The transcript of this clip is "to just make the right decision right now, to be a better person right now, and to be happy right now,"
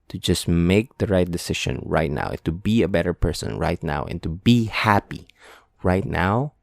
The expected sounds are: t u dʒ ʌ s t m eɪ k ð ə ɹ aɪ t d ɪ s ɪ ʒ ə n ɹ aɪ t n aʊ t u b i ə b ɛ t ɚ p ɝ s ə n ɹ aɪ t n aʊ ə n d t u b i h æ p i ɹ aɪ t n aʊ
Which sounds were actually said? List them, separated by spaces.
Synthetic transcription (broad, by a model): t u dʒ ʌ s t m eɪ k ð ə ɹ aɪ t d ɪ s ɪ ʃ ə n ɹ aɪ t n aʊ t u b i ə b ɛ t ɚ p ɝ s ə n ɹ aɪ t n aʊ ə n t u b i h æ p i ɹ aɪ t n aʊ